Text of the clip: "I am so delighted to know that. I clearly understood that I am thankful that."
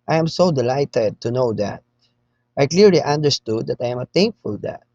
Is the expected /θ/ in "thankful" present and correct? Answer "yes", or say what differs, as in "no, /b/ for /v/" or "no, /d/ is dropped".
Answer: no, /t/ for /θ/